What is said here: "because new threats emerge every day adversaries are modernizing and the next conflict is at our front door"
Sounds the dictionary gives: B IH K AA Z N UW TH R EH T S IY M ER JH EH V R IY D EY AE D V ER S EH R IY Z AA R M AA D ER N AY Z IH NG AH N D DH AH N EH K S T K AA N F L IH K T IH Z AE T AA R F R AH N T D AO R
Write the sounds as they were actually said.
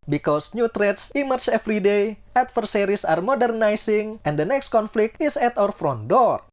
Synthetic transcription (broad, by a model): B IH K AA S N UW T R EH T S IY M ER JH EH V R IY D EY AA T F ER S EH R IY S AA R M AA D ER N AY S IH NG AH N D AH N EH K S T K AA N F L IH K T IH S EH T AA R F R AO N D AO R